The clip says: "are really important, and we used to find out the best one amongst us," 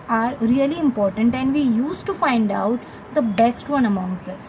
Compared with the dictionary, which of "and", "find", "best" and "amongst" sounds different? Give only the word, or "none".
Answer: amongst